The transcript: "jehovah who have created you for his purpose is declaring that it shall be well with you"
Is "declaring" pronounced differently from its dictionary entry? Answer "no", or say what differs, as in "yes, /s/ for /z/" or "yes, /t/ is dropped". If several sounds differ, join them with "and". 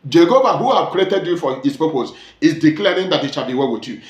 no